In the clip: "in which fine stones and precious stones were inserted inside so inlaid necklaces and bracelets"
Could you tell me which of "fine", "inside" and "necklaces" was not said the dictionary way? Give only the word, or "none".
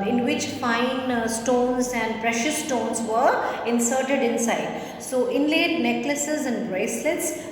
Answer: none